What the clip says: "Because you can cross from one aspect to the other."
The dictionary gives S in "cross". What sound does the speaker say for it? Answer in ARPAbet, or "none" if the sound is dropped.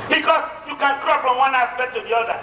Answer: none